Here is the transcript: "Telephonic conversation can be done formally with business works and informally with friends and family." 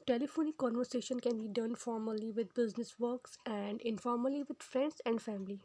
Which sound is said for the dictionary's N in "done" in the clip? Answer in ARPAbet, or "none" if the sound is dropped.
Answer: N